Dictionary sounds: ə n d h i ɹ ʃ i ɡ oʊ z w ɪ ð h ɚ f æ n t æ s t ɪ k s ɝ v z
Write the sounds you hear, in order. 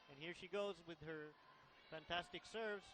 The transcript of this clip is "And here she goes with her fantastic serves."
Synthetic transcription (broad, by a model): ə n h i ɹ ʃ i ɡ oʊ z w ɪ ð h ɚ f æ n t æ s t ɪ k s ɝ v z